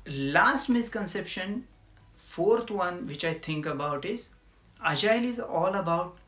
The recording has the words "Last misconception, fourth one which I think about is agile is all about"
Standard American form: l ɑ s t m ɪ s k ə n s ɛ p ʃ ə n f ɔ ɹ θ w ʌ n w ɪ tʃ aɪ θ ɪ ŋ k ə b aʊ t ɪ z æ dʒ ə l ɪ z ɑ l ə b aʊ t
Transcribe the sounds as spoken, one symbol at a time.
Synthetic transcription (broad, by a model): l ɑ s t m ɪ s k ə n s ɛ p ʃ ə n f ɔ ɹ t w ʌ n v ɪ tʃ aɪ t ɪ ŋ k ə b aʊ t ɪ z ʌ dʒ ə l ɪ z ɑ l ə b aʊ t